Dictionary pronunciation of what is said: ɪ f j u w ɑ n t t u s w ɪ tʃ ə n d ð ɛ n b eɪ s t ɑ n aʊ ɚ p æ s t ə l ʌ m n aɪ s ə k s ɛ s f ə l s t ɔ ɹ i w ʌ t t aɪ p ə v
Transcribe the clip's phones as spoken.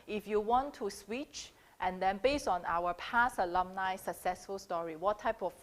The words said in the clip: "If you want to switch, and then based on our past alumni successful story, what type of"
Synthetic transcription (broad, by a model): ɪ f j u w ɑ n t t u s w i tʃ ə n d ɛ n b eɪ s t ɑ n aʊ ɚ p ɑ s ə l ʌ m n aɪ s ə k s ɛ s f ə l s t ɔ ɹ i w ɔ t t aɪ p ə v